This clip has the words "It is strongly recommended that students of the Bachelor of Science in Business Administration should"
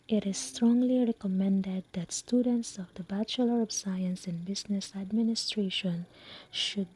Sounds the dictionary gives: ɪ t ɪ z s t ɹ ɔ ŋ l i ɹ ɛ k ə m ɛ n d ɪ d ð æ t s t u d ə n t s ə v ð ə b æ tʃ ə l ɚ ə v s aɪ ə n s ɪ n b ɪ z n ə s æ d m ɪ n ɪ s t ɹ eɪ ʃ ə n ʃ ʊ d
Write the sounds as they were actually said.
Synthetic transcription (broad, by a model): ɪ t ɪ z s t ɹ ɔ ŋ l i ɹ ɛ k ə m ɛ n d ɪ d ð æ t s t u d ə n t s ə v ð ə b æ tʃ ə l ɚ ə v s aɪ ə n s ɪ n b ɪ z n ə s æ d m ɪ n ɪ s t ɹ eɪ ʃ ə n ʃ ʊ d